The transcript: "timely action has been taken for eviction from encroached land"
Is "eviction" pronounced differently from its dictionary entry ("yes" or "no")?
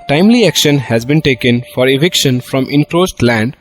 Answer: no